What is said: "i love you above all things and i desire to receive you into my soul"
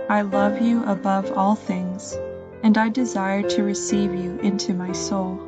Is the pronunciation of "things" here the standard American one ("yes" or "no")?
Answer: yes